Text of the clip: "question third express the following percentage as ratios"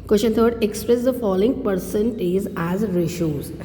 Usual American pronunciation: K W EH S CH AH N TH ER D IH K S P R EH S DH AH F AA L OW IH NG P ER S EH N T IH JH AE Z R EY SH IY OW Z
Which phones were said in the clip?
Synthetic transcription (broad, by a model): K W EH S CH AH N T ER D IH K S P R EH S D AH F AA L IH NG P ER S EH N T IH Z AE Z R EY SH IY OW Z